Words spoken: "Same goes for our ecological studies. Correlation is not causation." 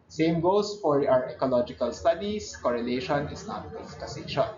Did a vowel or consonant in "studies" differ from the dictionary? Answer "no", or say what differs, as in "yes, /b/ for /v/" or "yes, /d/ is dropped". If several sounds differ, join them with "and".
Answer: yes, /s/ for /z/